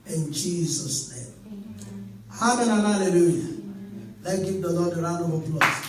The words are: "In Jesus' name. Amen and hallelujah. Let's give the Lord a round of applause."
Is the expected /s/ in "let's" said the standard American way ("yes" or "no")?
no